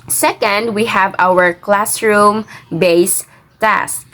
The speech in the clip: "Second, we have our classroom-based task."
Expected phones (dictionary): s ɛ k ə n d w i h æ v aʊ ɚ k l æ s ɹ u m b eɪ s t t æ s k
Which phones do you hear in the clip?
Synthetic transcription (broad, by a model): s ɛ k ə n d w i h æ v aʊ ɚ k l æ s ɹ u m b eɪ s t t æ s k